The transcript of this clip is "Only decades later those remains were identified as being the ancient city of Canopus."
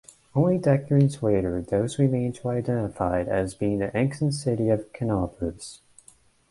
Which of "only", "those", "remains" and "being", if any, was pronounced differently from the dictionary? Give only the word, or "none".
remains